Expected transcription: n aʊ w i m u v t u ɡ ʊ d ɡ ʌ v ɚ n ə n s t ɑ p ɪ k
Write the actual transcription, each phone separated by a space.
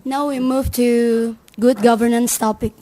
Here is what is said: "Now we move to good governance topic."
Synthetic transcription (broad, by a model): n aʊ w i m u v t u ɡ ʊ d ɡ ʌ v ɚ n ə n s t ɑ p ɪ k